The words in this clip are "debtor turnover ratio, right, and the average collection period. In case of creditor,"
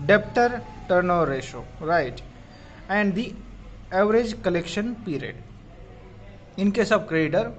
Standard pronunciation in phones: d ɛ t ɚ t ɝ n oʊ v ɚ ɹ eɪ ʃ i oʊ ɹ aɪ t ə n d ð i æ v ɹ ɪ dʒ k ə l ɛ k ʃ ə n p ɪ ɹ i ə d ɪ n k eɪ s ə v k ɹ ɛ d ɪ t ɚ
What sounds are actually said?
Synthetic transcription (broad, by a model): d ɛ t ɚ t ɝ n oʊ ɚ ɹ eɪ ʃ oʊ ɹ aɪ t ə n d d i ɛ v ɹ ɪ dʒ k ə l ɛ k ʃ ə n p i ɹ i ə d ɪ n k eɪ s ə b k ɹ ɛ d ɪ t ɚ